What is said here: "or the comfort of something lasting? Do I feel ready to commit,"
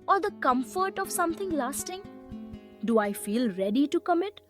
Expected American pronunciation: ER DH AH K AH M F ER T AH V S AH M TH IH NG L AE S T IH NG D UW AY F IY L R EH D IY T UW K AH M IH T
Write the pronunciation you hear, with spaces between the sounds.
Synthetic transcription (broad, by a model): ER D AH K AH M F ER T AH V S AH M T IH NG L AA S T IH NG D UW AY F IY L R EH D IY T UW K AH M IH T